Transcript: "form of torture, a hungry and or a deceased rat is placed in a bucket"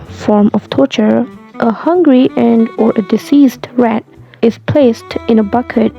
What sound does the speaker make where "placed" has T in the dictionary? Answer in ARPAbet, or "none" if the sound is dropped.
T